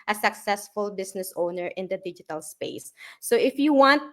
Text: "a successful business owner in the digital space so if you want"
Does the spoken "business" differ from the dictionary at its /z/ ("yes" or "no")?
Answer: yes